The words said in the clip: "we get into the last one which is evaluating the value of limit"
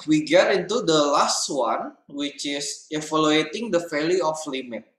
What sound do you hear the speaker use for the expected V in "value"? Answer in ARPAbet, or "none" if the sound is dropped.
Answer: F